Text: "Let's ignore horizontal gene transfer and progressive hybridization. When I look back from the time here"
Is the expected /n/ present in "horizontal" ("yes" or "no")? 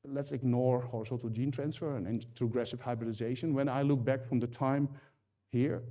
no